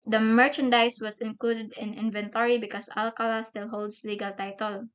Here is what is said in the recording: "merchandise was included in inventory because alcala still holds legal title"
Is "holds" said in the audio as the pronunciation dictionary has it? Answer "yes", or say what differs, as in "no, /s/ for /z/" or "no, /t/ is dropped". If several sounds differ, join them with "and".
no, /s/ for /z/